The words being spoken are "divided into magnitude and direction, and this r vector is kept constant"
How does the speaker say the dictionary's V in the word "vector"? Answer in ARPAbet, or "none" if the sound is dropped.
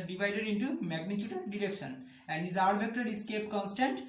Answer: B